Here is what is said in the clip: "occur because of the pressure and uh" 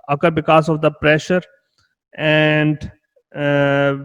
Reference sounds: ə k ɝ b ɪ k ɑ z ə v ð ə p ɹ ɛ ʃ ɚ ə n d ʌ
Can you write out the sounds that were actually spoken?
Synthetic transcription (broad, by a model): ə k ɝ b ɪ k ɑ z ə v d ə p ɹ ɛ ʃ ɚ ə n d